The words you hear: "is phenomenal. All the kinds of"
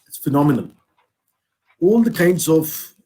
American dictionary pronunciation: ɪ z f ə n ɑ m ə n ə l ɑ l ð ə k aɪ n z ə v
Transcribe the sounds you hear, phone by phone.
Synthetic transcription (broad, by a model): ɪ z f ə n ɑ m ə n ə n ɑ l ð ə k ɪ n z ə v